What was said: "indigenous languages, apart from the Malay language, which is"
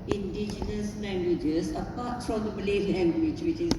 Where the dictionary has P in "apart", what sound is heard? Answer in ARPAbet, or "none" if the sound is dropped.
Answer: P